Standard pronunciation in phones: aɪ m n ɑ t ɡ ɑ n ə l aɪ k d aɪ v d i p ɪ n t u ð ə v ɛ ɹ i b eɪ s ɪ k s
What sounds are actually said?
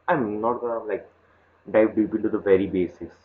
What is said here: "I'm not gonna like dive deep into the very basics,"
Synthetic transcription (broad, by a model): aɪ m n ɑ t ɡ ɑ ə l aɪ k d aɪ v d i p ɪ n t u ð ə v ɛ ɹ i b eɪ s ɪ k s